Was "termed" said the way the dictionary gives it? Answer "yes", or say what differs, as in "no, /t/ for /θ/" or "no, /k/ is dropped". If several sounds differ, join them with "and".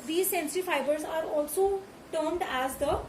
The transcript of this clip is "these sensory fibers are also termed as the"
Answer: yes